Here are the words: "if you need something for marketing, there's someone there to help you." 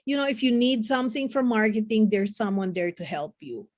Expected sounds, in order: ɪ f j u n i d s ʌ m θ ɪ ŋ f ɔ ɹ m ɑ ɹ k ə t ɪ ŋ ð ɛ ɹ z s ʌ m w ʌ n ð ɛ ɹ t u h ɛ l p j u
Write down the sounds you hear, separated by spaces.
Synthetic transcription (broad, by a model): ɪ f j u n i d s ʌ m θ ɪ ŋ f ɔ ɹ m ɑ ɹ k ə t ɪ ŋ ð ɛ ɹ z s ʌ m w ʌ n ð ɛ ɹ t u h ɛ l p j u